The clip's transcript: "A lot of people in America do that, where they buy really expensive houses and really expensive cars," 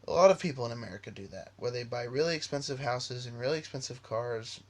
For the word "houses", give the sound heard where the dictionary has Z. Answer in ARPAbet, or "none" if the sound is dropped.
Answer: Z